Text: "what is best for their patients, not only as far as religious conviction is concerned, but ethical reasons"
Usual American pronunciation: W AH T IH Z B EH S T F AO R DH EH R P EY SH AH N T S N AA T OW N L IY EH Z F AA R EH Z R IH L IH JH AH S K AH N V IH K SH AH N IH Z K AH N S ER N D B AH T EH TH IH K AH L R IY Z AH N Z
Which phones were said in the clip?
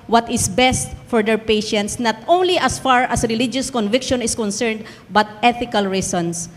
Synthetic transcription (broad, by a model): W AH T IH S B EH S T F AO R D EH R P EY SH AH N T S N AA T OW N L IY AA S F AA R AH S R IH L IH JH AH S K AH N V IH K SH AH N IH S K AH N S ER N D B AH T EH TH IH K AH L R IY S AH N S